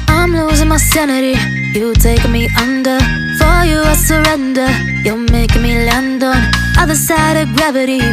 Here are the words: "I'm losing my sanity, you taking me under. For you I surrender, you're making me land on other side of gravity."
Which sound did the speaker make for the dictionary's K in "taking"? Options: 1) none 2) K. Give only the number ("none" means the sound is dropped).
1